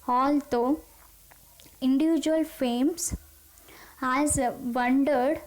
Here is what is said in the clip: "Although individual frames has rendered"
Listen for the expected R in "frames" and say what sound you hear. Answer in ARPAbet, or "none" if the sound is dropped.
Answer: none